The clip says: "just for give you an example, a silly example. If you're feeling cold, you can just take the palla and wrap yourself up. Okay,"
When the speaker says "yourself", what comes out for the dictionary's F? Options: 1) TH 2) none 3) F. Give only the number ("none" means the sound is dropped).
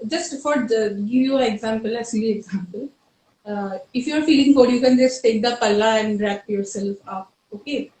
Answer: 3